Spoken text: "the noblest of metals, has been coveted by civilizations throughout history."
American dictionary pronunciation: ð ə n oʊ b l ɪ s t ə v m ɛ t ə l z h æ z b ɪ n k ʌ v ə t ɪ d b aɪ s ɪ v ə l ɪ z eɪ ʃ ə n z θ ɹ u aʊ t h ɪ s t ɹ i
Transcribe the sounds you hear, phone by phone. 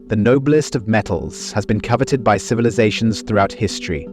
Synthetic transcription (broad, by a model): ð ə n oʊ b l ɪ s t ə v m ɛ t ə l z h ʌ z b ɪ n k ʌ v ə t ɪ d b aɪ s ɪ v ə l ɪ z eɪ ʃ ə n z θ ɹ u aʊ t h ɪ s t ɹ i